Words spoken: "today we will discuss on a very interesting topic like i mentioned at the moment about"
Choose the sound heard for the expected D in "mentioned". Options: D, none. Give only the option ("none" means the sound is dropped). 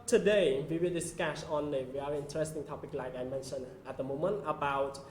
none